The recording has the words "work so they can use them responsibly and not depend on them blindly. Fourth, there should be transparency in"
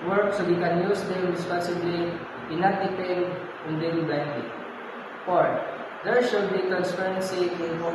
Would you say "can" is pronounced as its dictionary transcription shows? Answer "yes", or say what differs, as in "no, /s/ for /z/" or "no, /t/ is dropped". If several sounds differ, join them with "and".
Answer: yes